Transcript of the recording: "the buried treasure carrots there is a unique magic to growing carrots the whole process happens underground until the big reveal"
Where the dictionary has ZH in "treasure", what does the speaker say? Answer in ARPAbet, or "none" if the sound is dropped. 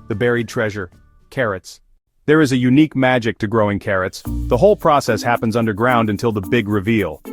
ZH